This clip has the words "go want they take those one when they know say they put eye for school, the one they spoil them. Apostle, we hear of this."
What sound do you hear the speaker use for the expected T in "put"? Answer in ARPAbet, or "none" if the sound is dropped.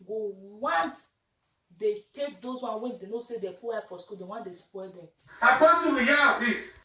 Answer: none